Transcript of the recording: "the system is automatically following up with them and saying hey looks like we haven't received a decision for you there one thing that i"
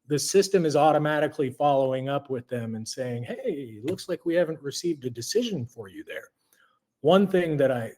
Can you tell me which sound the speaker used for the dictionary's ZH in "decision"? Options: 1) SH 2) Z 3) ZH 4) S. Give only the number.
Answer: 3